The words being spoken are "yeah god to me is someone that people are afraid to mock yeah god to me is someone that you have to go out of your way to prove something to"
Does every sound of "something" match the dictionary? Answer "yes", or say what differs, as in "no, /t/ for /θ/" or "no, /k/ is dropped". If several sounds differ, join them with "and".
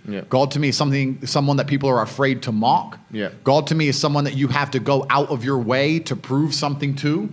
yes